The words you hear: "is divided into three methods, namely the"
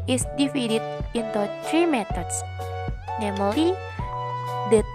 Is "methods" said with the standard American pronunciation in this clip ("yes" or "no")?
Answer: no